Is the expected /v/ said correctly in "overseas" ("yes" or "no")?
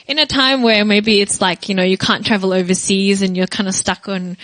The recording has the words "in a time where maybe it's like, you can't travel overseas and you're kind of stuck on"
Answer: yes